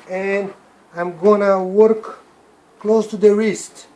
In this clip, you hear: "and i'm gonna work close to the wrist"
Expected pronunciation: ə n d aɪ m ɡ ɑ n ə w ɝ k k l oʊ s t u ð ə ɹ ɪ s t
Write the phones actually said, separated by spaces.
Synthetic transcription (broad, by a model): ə n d aɪ m ɡ ɑ n ə w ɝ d k l oʊ s t u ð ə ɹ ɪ s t